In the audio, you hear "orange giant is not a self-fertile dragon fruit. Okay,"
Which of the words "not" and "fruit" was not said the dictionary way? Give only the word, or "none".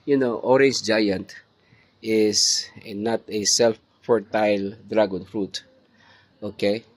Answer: none